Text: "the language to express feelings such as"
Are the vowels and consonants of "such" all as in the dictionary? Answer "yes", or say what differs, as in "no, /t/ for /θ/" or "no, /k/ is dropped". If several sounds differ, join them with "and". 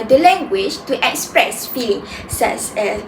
no, /s/ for /tʃ/